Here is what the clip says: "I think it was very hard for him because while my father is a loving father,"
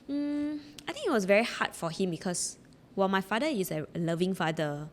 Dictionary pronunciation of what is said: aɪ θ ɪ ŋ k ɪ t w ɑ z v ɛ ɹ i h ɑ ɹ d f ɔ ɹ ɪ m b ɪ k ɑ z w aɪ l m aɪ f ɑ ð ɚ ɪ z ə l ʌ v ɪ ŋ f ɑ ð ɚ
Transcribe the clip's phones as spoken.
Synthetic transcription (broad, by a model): aɪ t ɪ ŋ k ɪ t w ɑ s v ɛ ɹ i h ɑ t f ɔ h ɪ m b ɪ k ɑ s w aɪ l m aɪ f ɑ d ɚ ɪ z ə l ʌ v ɪ ŋ f ɑ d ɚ